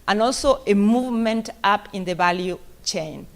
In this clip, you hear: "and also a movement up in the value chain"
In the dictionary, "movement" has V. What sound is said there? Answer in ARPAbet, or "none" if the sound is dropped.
V